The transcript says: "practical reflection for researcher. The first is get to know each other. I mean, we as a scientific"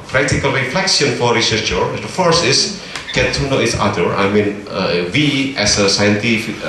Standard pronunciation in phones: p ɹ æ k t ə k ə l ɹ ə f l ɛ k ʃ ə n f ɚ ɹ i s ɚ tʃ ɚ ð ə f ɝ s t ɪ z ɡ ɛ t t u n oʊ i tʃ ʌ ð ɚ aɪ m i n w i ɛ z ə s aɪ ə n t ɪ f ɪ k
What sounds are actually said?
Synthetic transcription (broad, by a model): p ɹ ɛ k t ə k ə l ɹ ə f l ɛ k s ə n f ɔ ɹ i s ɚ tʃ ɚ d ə f ɝ s t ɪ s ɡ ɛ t t u n oʊ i s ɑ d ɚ aɪ m i n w i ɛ s ə s aɪ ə n t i f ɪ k